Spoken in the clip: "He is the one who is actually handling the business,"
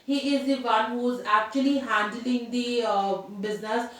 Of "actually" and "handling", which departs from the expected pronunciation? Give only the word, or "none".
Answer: none